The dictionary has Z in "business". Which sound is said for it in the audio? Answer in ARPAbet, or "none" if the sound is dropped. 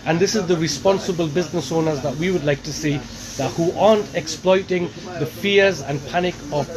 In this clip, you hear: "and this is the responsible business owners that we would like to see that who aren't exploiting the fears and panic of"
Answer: Z